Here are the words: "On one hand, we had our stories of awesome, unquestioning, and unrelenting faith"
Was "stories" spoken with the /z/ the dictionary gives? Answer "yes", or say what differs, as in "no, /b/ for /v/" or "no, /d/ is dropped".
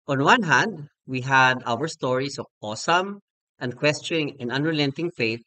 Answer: no, /s/ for /z/